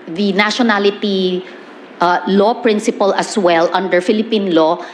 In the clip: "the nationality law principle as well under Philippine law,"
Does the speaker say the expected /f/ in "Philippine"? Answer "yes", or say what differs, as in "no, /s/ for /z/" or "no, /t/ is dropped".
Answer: yes